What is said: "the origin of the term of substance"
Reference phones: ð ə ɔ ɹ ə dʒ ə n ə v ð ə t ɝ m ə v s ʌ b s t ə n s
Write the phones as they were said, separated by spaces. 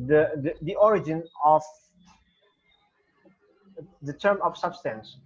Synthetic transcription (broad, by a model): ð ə ɔ ɹ ə dʒ ə n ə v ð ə t ɝ m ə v s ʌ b s t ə n s